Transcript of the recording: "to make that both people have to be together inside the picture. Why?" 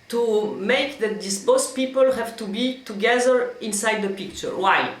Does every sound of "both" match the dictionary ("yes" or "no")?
no